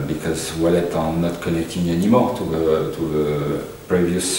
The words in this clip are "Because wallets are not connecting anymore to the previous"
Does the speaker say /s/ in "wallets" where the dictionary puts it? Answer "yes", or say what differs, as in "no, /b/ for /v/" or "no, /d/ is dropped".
no, /s/ is dropped